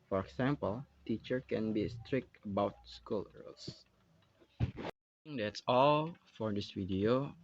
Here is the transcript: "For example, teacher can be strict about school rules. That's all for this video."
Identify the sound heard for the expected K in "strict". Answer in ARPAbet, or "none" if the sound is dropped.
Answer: K